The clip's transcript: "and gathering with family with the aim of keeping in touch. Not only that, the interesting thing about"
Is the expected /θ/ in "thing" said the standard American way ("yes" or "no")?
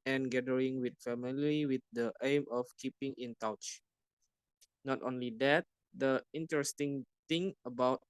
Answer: no